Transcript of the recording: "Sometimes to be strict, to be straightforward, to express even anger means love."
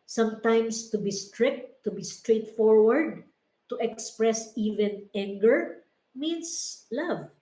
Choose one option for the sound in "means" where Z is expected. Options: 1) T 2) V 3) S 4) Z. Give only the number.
3